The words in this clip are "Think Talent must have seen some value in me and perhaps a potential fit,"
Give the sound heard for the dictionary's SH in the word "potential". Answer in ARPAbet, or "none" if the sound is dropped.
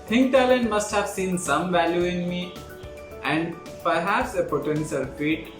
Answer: S